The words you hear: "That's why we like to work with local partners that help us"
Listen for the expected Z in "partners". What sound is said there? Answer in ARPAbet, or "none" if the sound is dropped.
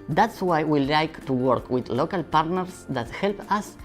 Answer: S